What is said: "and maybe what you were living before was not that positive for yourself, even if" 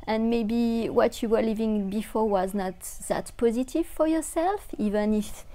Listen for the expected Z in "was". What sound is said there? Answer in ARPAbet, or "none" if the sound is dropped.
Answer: Z